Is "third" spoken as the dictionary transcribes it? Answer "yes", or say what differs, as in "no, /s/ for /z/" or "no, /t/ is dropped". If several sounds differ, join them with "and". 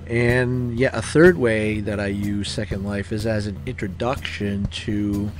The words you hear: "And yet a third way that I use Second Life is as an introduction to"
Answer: yes